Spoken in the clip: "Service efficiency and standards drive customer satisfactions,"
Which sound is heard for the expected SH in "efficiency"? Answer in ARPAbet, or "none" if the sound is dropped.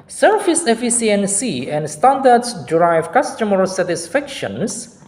S